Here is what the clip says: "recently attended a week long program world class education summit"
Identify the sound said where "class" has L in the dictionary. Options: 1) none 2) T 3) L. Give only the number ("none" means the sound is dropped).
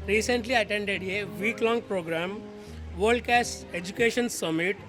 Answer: 1